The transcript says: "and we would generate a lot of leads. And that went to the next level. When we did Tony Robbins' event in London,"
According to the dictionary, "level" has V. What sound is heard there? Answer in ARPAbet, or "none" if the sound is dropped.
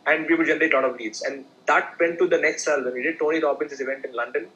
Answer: none